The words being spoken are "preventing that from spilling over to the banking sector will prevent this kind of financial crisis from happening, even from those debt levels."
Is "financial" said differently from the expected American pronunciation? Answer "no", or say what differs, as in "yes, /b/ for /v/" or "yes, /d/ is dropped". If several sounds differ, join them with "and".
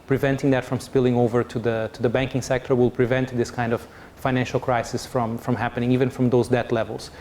no